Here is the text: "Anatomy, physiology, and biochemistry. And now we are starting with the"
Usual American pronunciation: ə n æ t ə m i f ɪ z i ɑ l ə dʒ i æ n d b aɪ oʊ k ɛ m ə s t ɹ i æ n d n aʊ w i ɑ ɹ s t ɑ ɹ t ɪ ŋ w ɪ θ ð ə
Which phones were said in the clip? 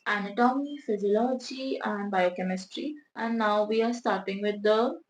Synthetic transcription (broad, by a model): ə n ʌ t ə m i f ɪ z i ɑ l ə dʒ i æ n d b aɪ oʊ k ɛ m ə s t ɹ i æ n d n aʊ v i ɑ ɹ s t ɑ ɹ t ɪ ŋ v ɪ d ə